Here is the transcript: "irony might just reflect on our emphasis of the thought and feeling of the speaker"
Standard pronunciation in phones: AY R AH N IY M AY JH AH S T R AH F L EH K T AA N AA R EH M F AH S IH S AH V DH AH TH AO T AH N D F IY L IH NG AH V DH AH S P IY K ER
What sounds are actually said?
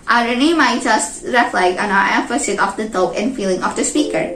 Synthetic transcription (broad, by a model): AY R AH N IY M AY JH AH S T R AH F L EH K AA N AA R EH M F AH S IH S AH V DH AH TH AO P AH N F IY L IH NG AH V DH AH S P IY K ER